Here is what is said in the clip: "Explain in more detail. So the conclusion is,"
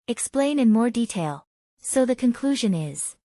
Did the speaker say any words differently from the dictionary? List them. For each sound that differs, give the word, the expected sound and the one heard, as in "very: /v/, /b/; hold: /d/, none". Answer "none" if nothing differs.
none